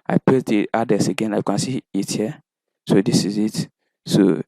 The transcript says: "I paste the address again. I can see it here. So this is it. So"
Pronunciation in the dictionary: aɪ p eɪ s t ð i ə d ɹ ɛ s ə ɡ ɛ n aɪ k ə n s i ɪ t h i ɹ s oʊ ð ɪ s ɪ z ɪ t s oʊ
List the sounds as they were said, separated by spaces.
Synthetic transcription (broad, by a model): aɪ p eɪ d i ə d ɛ s ə ɡ ɛ n aɪ k ə n s i ɪ t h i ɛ s oʊ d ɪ s ɪ z ɪ t s oʊ